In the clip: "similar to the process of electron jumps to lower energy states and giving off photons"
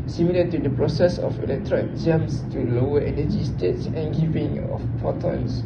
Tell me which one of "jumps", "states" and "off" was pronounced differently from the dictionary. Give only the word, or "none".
jumps